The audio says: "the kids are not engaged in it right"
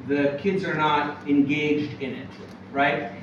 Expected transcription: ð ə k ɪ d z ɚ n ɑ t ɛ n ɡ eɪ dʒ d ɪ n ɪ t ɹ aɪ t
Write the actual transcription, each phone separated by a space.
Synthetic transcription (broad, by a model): ð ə k ɪ d z ɚ n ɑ t ɛ n ɡ eɪ dʒ d ɪ n ɪ t ɹ aɪ t